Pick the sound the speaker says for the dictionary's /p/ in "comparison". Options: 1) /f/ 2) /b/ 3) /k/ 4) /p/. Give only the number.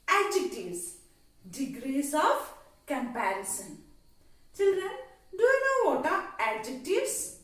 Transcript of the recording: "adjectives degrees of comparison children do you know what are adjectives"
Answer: 4